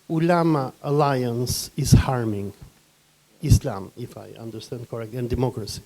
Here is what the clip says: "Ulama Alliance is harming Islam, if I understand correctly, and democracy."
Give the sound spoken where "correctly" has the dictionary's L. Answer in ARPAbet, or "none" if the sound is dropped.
none